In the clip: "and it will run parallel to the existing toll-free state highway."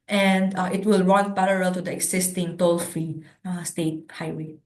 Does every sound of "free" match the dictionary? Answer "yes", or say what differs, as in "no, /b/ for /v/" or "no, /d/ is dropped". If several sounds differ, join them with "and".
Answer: no, /ɹ/ is dropped